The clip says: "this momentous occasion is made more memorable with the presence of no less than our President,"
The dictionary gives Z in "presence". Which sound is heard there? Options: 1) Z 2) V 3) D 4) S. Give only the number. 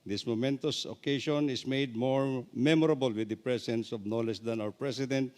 4